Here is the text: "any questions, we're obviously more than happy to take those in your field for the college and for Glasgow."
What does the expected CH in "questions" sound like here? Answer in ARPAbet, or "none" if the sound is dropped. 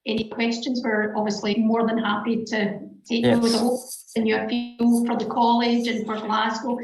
CH